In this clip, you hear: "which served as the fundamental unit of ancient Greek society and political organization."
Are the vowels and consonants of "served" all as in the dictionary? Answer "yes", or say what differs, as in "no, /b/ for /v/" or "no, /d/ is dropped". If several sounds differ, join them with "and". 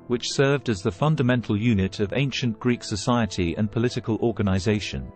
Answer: yes